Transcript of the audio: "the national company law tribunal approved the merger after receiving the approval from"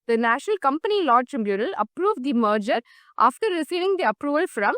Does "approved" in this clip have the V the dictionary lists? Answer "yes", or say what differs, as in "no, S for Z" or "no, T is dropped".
yes